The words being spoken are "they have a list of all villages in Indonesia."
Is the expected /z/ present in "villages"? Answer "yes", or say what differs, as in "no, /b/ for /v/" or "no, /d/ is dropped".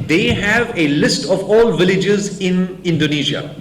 yes